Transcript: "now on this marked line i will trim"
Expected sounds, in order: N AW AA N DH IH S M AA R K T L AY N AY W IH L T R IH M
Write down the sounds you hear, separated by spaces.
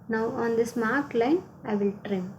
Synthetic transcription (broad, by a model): N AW AA N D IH S M AA R T L AY N AY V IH L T R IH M